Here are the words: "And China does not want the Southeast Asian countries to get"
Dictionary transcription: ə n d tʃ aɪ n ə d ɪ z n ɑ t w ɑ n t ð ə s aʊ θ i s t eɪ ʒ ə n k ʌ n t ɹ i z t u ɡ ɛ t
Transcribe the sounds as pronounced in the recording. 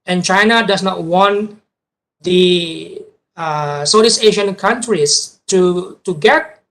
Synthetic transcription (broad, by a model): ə n tʃ aɪ n ə d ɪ s n ɑ t w ɑ n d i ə s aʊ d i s eɪ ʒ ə n k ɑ n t ɹ i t t u ɡ ɛ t